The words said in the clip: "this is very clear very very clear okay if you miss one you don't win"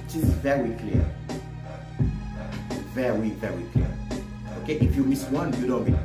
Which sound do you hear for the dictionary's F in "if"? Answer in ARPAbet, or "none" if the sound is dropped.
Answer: F